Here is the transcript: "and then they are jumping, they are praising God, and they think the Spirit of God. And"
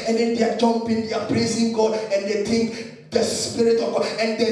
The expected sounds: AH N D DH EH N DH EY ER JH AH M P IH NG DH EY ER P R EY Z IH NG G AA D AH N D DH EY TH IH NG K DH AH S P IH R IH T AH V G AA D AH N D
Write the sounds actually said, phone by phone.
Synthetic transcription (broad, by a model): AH N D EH N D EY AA JH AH M P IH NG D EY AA P R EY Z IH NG G AA D AH N D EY T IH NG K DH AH S P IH R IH T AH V G AA D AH N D